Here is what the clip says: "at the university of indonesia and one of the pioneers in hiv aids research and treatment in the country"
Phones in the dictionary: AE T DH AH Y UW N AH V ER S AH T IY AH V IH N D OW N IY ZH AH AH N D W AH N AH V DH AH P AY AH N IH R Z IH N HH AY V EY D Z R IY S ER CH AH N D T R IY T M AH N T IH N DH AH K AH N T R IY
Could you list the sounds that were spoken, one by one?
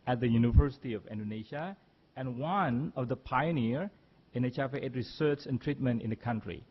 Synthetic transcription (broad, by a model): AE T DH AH Y UW N AH V ER S AH T IY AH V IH N D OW N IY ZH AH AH N W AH N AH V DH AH P AY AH N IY R IH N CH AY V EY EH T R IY S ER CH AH N T R IY T M AH N T IH N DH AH K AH N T R IY